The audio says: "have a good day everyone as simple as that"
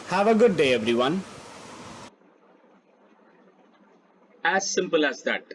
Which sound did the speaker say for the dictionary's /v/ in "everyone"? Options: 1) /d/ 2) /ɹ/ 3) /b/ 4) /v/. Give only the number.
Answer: 4